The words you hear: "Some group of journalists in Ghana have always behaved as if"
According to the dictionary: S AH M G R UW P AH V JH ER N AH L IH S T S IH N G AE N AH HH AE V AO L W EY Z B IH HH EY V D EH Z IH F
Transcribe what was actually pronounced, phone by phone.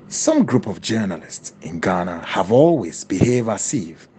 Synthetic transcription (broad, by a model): S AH M G R UW P AH V JH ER N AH L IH S T S IH N G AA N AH HH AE V AO L W EY Z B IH HH EY V AA S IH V